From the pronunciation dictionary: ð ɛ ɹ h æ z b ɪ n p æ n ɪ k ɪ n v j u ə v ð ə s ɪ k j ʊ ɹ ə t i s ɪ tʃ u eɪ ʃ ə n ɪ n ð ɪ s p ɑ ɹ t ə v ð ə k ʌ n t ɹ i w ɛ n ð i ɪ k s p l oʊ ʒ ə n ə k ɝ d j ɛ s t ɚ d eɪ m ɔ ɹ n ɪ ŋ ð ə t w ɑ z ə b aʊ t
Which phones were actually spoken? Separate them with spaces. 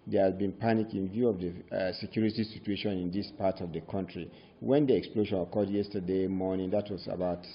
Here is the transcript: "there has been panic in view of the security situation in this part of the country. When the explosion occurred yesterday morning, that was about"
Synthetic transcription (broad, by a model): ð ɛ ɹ h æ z b ɪ n p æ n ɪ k ɪ n v j u ə v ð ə s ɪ k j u ɹ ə t i s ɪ tʃ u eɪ ʃ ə n ɪ n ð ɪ s p ɑ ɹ t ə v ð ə k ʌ n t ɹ i w ɛ n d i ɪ k s p l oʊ ʃ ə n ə k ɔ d j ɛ s t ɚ d eɪ m ɔ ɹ n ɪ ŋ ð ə t w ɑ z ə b aʊ t